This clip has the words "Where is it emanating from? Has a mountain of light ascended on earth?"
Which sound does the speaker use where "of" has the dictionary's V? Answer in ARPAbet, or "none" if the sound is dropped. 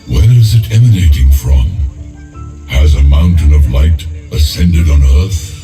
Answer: V